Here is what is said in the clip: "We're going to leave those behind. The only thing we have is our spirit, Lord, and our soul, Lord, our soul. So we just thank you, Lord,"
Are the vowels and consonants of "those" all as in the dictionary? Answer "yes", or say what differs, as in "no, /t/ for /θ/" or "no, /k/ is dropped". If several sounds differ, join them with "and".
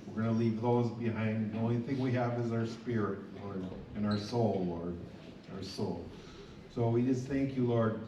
yes